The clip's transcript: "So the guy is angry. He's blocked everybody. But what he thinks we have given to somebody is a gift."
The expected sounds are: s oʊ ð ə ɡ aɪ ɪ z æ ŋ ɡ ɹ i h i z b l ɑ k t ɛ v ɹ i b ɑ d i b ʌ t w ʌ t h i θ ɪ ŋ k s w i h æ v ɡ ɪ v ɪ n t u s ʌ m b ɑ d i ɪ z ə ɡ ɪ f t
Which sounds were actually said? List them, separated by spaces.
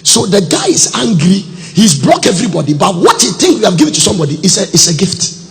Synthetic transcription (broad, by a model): s oʊ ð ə ɡ aɪ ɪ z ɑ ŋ ɡ ɹ i h i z b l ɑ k ɛ v ɹ i b ɑ d i b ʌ t w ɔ t h i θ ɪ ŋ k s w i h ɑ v ɡ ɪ v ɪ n t u s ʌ m b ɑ d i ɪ s ə ɡ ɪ f t